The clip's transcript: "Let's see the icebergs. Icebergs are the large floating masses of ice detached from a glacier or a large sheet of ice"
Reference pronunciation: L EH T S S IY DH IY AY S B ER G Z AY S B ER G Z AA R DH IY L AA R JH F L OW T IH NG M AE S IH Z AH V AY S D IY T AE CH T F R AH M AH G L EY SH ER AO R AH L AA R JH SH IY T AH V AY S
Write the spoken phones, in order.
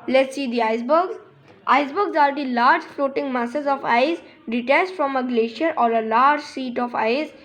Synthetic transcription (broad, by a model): L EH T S S IY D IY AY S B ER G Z AY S B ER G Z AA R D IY L AA R JH F L OW T IH NG M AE S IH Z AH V AY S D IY T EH S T F R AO M AH G L EY SH ER AO R AH L AA R JH S IY T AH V AY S